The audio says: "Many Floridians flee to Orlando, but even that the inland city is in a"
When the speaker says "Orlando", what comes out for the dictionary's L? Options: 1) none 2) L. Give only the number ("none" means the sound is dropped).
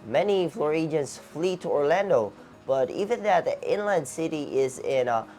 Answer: 2